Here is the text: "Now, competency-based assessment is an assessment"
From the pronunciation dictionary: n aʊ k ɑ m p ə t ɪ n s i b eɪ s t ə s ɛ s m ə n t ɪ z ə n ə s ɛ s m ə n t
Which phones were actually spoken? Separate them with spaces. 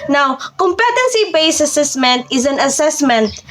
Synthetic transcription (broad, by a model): n aʊ k ɑ m p ə t ɪ n s i b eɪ s ə s ɛ s m ə n t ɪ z ə n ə s ɛ s m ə n t